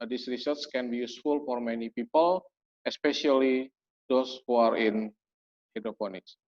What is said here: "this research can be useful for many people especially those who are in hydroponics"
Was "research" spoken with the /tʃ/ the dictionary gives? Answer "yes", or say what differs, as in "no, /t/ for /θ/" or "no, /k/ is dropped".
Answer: no, /s/ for /tʃ/